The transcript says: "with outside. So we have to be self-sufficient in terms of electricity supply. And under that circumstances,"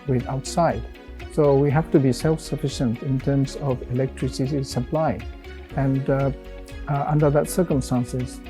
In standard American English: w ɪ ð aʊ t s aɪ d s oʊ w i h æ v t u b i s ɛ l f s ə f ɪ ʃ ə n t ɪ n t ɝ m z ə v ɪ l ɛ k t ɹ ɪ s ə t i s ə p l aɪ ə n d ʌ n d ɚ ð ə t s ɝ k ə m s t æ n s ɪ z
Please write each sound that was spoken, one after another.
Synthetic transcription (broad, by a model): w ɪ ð aʊ t s aɪ d s oʊ w i h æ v t u b i s ɛ l f s ə f ɪ ʃ ə n t ɪ n t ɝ m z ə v ɪ l ɛ k t ɹ ɪ s ə t i s ə p l aɪ ə n d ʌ n d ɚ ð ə t s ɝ k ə m s t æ n s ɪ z